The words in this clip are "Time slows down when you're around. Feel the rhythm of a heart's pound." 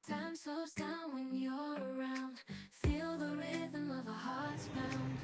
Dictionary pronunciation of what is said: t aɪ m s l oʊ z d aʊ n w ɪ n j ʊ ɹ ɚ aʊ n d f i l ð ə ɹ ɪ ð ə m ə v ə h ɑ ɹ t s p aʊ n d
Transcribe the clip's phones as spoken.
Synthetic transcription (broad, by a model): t aɪ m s oʊ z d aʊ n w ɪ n j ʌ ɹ ɚ aʊ n d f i l ð ə ɹ ɪ ð ə m ə v ə h ɑ ɹ t s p aʊ n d